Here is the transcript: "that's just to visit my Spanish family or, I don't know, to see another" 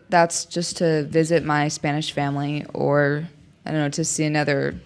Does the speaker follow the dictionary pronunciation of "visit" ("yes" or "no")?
yes